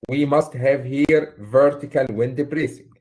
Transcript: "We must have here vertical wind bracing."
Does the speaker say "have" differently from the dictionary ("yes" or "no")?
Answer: no